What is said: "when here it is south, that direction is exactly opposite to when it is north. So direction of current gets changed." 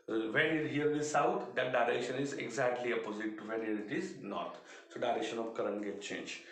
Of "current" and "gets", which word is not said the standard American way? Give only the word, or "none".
gets